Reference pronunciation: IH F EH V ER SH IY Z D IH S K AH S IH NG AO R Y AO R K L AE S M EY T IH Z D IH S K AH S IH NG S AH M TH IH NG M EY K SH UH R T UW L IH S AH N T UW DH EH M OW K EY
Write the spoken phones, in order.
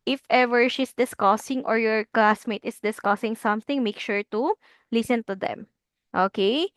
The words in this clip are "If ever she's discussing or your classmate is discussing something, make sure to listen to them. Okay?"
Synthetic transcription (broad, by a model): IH F EH V ER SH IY S D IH S K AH S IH NG AO R Y AO R K L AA S M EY T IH S D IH S K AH S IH NG S AH M TH IH NG M EY K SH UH R T UW L IH S AH N T UW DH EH M OW K EY